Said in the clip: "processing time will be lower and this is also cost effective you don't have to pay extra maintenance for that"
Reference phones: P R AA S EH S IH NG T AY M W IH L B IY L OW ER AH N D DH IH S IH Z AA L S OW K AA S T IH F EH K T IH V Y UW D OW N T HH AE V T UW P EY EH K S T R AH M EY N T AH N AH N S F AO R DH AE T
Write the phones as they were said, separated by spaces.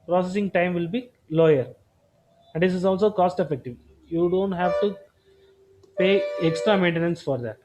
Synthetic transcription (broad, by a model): P R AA S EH S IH NG T AY M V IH L B IY L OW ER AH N D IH S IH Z AA L S OW K AA S T IH F EH K T IH V Y UW D OW N T HH AE V T UW P EY EH K S T R AH M EY N T AH N AH N S F AO R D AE T